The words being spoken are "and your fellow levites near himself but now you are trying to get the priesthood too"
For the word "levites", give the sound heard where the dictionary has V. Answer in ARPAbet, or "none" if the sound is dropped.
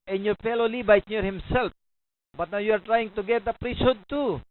B